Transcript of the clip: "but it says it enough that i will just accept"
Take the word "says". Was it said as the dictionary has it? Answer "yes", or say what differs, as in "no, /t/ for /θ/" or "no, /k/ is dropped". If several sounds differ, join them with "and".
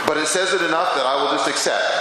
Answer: yes